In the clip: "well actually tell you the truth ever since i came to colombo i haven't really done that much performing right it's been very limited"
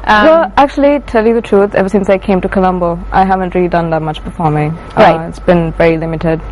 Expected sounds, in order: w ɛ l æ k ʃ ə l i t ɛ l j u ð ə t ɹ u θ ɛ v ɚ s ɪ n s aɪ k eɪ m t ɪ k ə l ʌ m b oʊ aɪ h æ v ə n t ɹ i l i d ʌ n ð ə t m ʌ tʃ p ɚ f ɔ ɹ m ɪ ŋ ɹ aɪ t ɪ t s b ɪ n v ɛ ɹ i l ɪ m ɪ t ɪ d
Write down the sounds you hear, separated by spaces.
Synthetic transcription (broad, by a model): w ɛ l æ k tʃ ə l i t ɛ l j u ð ə t ɹ u θ ɛ v ɚ s ɪ n s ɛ k eɪ m t ɪ k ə l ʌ m b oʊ aɪ h æ v ə n t ɹ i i d ʌ n ð ə t m ʌ tʃ b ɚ f ɔ ɹ m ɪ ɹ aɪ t ɪ t s b ɪ n v ɛ ɹ i l ɪ m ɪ t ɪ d